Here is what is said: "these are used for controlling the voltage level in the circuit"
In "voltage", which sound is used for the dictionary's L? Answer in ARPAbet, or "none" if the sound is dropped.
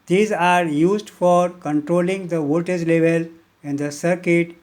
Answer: none